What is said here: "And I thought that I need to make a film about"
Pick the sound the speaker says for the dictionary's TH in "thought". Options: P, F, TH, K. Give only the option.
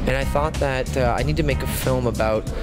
TH